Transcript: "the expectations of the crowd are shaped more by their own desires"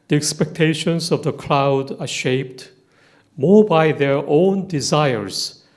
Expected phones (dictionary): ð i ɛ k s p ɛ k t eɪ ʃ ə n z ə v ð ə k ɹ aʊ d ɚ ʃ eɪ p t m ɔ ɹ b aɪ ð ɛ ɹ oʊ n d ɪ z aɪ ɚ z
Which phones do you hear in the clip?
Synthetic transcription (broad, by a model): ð i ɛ k s p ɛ k t eɪ ʃ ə n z ə v ð ə k l aʊ d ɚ ʃ eɪ p t m ɔ ɹ b aɪ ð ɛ ɹ oʊ n d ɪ z aɪ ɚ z